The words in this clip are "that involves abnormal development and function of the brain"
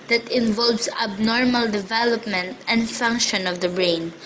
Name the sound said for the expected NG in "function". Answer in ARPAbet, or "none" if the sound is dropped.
NG